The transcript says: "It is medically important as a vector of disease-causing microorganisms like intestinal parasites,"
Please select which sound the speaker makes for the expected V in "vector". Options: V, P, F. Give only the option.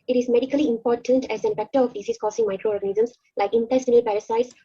F